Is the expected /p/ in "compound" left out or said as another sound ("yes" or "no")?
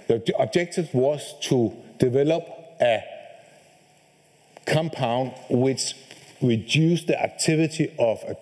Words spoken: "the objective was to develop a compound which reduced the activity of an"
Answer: no